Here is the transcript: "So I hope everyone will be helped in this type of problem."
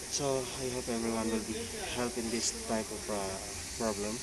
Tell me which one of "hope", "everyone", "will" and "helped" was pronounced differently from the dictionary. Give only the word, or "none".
helped